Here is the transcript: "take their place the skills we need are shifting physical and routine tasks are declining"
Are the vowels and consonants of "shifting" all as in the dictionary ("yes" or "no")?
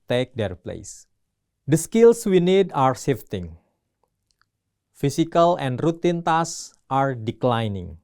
no